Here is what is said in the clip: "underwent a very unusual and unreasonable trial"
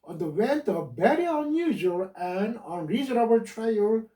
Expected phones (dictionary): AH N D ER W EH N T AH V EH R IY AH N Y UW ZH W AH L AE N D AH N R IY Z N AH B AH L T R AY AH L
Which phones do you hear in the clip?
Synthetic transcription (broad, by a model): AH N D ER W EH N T AH B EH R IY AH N Y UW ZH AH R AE N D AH N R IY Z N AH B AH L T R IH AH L